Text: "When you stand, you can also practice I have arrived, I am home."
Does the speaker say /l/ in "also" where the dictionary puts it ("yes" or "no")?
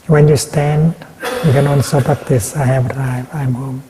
no